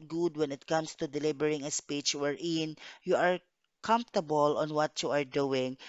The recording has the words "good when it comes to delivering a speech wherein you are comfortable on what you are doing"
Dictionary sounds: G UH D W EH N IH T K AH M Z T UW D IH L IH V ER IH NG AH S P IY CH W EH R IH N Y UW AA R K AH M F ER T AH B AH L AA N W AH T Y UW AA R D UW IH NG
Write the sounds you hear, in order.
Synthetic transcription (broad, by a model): G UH D W EH N IH T K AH M S T UW D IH L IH B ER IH NG AH S P IY CH W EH R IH N Y UW AA R K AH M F T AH B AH L AA N W AH T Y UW AA R D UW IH NG